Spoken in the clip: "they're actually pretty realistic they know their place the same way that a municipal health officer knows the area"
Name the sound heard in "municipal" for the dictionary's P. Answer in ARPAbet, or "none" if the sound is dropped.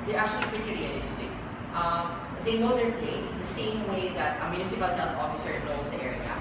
B